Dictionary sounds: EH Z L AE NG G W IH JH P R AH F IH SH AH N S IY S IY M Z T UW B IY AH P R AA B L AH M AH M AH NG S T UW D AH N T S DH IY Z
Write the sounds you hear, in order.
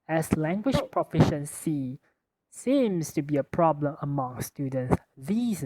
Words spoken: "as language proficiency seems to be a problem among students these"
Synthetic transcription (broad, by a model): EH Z L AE NG G W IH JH P R AH F IH SH AH N S IY S IY M S T UW B IY AH P R AA B L AH M AH M AH NG S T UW D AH N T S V IY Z